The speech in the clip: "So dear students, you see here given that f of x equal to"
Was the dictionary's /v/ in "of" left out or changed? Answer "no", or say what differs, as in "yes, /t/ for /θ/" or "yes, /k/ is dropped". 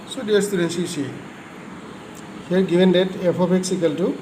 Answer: yes, /p/ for /v/